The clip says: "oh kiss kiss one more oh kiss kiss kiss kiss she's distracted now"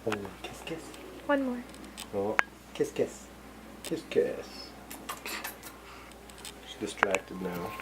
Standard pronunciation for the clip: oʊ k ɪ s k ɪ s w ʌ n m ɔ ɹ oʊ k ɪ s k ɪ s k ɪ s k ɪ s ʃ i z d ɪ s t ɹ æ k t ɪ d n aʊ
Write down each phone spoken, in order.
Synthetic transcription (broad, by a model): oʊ k ɪ s k ɪ s w ʌ n m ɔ ɹ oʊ k ɪ s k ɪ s k ɪ s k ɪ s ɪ s d ɪ s t ɹ æ k t ɪ d n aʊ